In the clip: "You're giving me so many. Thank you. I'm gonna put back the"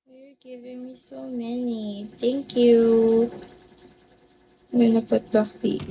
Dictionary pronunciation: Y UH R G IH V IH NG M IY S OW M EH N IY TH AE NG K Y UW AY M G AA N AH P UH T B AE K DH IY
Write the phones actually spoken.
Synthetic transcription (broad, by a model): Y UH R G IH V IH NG M IY S OW M EH N IY T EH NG K Y UW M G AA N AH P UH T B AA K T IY